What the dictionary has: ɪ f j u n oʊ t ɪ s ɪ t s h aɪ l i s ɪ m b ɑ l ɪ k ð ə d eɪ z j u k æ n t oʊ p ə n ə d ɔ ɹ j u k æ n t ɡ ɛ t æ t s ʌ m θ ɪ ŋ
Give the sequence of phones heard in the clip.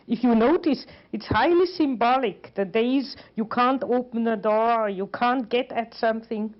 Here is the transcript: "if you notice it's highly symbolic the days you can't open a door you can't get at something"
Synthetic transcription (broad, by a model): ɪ f j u n oʊ t ɪ s ɪ t s h aɪ l i s ɪ m b ɑ l ɪ k ð ə d eɪ z j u k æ n t oʊ p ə n ə d ɔ ɹ j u k æ n t ɡ ɛ t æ t s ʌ m θ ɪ ŋ